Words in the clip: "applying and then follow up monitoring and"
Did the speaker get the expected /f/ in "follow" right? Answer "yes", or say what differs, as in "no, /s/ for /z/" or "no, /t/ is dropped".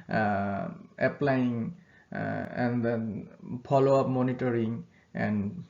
no, /p/ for /f/